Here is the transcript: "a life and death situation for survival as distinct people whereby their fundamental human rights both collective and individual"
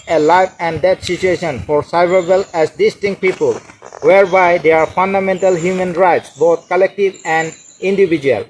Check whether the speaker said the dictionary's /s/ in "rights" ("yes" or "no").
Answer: yes